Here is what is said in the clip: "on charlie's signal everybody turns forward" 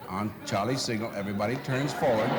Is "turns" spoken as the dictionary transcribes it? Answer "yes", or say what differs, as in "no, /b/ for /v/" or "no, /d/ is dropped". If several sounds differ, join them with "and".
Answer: yes